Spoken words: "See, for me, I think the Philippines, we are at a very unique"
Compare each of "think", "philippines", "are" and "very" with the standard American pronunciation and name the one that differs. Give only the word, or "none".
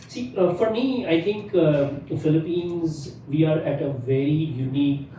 think